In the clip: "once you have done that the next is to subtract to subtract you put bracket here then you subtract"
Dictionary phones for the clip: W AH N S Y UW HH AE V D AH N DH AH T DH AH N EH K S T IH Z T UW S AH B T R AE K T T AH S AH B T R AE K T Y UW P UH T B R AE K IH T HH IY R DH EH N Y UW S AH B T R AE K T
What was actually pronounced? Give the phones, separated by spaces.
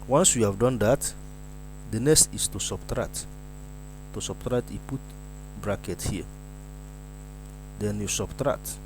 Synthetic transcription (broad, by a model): W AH N S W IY HH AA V D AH N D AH T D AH N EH S T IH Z T UW S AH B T R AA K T T AH S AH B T R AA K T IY P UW T B R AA K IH T HH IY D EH N Y UW S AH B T R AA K T